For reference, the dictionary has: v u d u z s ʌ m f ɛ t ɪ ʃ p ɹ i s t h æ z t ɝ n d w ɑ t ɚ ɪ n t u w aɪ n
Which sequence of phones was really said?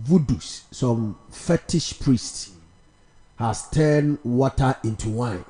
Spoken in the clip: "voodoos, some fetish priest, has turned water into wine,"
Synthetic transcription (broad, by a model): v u d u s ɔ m f ɛ t ɪ ʃ p ɹ i s t h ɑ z t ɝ n w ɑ t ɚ ɪ n t u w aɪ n